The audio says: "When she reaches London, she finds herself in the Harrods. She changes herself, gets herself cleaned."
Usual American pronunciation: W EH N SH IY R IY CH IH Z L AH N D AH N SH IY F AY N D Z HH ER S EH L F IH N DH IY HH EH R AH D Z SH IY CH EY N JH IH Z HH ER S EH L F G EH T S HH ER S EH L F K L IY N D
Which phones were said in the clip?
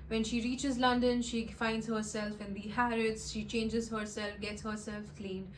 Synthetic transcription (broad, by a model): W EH N SH IY R IY CH IH Z L AH N D AH N SH IY F AY N D Z HH ER S EH L F IH N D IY HH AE R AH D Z SH IY CH EY N JH IH Z HH ER S EH L F G EH T S HH ER S EH L F K L IY N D